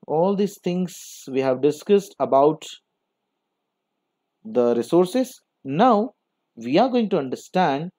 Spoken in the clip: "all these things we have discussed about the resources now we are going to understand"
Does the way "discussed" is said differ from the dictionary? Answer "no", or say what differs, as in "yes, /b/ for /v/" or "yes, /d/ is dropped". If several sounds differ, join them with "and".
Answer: no